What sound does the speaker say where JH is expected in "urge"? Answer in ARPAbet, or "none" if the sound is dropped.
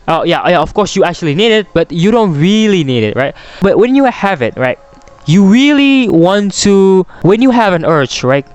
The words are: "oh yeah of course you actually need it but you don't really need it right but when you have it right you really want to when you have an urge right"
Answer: CH